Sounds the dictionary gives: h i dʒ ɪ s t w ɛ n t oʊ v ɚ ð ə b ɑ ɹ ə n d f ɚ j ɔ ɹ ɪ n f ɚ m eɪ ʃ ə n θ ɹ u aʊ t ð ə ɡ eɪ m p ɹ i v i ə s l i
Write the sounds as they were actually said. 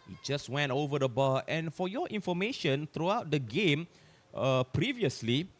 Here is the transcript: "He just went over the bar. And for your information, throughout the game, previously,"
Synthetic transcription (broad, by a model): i dʒ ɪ s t w ɛ n t oʊ v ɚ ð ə b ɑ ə n f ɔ j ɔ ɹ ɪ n f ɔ m eɪ ʃ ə n t ɹ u aʊ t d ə ɡ eɪ m p ɹ i v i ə s l i